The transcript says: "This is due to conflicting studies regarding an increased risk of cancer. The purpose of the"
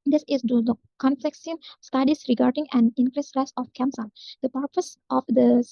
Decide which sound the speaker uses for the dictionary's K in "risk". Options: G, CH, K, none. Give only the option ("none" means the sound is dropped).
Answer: none